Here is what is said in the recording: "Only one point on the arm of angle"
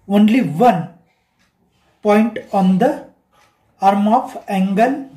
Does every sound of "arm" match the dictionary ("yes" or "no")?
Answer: yes